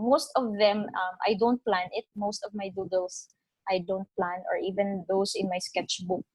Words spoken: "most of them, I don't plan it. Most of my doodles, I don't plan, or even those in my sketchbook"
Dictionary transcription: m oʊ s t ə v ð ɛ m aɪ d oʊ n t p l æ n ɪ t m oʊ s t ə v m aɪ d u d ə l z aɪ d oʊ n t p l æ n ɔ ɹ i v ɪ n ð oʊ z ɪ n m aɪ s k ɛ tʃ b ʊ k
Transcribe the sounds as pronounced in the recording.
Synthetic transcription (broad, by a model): m oʊ s t ə v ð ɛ m aɪ d oʊ n t p l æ n ɪ t m oʊ s t ə v m aɪ d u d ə l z aɪ d oʊ n t p l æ n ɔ ɹ i v ɪ n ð oʊ s ɪ n m aɪ s k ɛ tʃ b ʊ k